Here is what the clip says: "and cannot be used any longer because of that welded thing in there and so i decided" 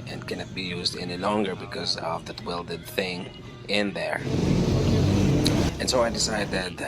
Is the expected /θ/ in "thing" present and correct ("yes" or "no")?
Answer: yes